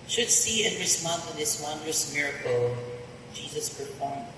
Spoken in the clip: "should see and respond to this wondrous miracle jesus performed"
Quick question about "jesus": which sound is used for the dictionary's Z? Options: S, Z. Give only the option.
Z